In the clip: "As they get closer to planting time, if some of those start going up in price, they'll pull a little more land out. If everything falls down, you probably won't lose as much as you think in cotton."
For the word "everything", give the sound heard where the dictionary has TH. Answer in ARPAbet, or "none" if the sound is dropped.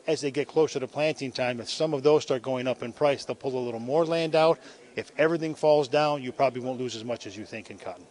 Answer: TH